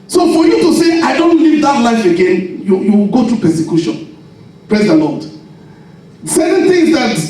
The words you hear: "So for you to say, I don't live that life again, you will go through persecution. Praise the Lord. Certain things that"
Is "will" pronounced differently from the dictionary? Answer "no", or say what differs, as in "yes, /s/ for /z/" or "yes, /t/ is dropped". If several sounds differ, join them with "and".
yes, /w/ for /l/